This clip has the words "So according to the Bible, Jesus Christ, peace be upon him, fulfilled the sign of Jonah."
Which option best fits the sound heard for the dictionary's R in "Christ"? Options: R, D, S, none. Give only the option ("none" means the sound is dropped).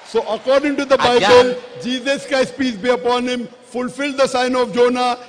none